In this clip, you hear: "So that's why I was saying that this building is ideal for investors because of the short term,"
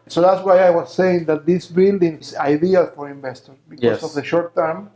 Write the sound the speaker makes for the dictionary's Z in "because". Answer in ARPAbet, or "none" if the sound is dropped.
S